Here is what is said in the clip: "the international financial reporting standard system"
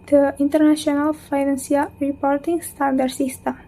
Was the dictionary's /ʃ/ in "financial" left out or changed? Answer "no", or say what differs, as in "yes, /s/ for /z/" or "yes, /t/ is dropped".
yes, /s/ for /ʃ/